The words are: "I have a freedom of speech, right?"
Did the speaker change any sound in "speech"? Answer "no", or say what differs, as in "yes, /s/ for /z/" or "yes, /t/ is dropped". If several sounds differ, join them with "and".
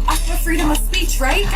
no